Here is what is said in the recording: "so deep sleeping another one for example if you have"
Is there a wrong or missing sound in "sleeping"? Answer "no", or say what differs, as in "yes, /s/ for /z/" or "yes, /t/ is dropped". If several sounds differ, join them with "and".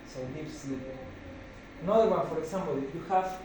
yes, /l/ is dropped